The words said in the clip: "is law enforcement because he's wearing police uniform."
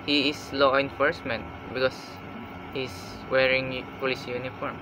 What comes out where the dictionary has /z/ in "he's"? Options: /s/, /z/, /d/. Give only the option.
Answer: /s/